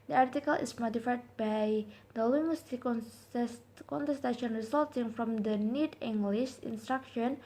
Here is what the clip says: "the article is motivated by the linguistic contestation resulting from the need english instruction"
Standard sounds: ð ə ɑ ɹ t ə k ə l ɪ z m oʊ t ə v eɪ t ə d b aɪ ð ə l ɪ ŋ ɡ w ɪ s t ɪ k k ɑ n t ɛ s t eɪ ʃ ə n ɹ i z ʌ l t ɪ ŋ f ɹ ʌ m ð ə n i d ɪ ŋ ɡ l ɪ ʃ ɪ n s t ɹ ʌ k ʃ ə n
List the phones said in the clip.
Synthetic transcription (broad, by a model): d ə ɑ ɹ t ə k ə l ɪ s m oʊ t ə f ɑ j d b aɪ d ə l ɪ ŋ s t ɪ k k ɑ n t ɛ s t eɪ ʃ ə n ɹ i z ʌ l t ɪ ŋ f ɹ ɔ m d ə n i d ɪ ŋ ɡ l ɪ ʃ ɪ n s t ɹ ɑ k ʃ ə n